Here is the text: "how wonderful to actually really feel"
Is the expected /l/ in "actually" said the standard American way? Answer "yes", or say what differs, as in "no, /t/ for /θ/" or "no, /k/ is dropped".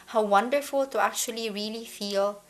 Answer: yes